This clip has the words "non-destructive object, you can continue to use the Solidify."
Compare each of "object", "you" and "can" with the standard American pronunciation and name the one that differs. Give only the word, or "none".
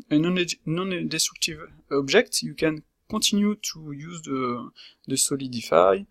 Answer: object